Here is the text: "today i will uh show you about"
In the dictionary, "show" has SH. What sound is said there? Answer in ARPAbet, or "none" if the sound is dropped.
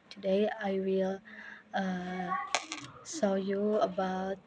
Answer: S